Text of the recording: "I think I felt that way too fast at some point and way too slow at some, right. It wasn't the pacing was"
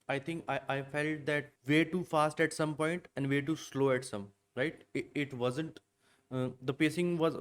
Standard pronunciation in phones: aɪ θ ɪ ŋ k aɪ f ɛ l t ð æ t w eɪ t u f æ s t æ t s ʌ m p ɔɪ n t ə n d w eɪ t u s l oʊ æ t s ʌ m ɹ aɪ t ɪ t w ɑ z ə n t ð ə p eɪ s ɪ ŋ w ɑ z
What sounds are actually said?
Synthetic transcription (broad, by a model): aɪ t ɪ ŋ k aɪ f ɛ l t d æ t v eɪ t u f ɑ s t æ t s ʌ m p ɔɪ n t ə n d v eɪ t u s l oʊ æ t s ʌ m ɹ aɪ t ɪ t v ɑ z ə n t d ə p eɪ s ɪ ŋ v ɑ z